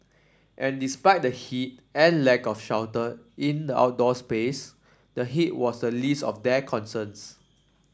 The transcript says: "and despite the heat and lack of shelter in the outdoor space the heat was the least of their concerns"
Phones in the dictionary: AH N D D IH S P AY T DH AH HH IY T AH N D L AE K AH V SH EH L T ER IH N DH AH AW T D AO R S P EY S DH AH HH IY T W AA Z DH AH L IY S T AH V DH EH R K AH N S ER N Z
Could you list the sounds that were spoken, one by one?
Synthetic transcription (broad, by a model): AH N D D IH S P AY T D AH HH IY T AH N L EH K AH F SH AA W T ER IH N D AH AW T D AO S P EY S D AH HH IY T W AA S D AH L IY S T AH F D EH K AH N S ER N S